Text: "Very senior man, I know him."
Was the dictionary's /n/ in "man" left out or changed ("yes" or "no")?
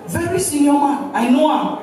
yes